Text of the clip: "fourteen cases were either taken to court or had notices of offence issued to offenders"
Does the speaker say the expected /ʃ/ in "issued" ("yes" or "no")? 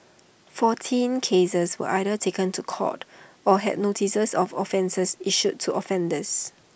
no